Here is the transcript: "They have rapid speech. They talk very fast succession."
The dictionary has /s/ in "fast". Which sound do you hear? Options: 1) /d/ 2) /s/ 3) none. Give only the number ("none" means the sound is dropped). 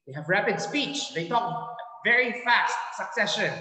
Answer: 2